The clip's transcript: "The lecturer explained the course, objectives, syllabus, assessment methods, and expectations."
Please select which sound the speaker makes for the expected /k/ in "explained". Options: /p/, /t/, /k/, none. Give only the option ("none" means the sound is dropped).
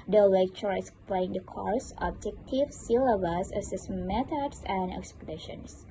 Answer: none